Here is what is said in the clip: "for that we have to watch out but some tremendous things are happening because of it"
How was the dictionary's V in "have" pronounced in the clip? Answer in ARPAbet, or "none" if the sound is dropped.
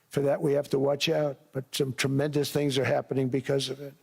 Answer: F